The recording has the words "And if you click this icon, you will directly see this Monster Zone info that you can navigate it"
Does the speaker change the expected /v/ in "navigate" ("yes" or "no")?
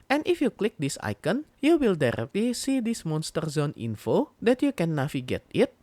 yes